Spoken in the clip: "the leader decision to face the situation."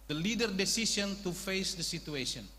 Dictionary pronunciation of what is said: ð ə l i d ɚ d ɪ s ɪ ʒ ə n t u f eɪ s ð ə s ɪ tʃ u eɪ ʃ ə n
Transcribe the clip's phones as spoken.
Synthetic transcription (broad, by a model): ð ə l i d ɚ d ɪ s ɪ s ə n t u f eɪ s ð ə s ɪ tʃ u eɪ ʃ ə n